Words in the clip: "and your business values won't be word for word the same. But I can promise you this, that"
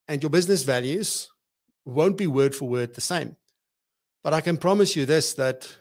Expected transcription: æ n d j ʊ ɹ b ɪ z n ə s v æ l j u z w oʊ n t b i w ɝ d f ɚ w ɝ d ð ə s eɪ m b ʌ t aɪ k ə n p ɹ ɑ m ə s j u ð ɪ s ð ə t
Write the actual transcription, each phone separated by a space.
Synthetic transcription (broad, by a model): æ n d j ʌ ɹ b ɪ z n ə s v æ l j u z w oʊ n t b i w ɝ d f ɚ w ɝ d ð ə s eɪ m b ʌ t aɪ k ə n p ɹ ɑ m ə s j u ð ɪ s ð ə t